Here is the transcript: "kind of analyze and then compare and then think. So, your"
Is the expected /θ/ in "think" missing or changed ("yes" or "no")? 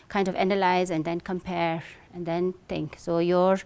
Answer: yes